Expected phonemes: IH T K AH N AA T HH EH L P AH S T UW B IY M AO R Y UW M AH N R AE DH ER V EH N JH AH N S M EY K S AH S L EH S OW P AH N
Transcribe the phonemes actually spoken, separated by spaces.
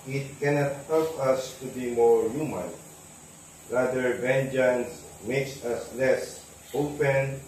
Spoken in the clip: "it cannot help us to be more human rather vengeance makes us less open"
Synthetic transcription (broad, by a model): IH T K AH N AA T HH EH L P AH S T UW B IY M AO R Y UW M AH N R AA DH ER V EH N JH AH N S M EY K S AH S L EH S OW P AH N